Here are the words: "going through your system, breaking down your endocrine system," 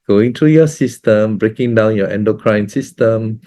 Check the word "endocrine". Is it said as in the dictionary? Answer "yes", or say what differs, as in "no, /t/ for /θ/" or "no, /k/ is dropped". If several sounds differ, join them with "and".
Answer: yes